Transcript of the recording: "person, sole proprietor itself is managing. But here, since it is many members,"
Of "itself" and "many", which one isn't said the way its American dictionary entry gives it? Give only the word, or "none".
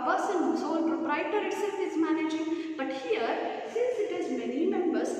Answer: itself